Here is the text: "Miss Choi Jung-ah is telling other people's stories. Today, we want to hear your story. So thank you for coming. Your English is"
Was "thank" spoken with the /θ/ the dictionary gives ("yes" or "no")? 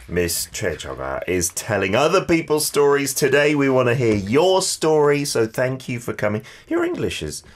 yes